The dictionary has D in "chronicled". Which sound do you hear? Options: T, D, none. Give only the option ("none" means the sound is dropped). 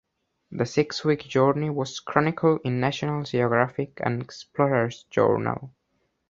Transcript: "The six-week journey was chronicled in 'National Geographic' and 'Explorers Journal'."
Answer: none